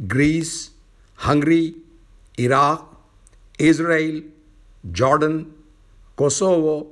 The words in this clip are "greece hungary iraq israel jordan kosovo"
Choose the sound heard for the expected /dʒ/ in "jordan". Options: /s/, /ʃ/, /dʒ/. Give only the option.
/dʒ/